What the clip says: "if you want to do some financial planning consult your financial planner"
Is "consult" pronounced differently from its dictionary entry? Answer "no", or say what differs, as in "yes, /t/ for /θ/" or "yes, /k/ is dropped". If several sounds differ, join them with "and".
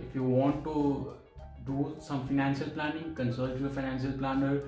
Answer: yes, /l/ is dropped